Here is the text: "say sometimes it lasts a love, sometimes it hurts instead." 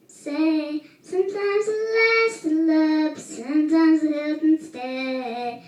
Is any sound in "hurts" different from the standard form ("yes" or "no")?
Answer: yes